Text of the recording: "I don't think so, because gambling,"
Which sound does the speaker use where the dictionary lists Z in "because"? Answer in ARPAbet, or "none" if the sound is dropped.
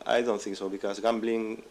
S